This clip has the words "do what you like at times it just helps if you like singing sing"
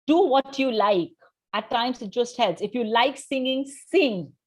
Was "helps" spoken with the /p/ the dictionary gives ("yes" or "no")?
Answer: no